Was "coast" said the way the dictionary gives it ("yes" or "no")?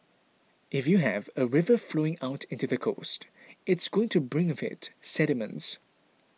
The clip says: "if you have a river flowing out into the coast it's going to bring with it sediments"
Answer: yes